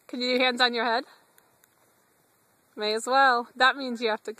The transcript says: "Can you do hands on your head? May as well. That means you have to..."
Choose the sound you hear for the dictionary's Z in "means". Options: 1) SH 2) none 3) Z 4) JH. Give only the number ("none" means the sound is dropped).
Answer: 3